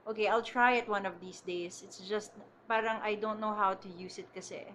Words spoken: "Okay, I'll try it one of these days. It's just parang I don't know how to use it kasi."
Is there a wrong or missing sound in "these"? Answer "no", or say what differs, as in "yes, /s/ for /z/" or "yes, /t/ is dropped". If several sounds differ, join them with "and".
yes, /s/ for /z/